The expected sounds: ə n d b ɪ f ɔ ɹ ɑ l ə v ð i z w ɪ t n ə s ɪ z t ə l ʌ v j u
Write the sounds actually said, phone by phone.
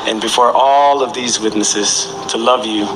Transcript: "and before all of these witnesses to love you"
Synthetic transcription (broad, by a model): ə n b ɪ f ɔ ɹ ɑ l ə v ð i z w ɪ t n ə s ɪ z t ə l ʌ v j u